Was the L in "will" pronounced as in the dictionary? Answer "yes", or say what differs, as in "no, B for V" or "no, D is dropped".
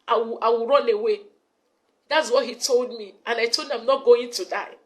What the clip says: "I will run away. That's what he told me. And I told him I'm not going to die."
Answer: no, W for L